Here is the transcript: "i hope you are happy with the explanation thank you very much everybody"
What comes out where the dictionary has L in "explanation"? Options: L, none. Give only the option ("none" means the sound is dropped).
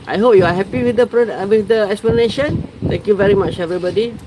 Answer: L